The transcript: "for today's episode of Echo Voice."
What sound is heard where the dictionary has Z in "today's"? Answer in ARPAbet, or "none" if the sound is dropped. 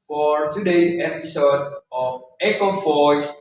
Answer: none